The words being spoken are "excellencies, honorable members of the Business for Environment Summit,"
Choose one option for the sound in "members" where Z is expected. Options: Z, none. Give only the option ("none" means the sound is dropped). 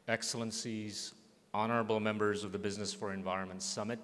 Z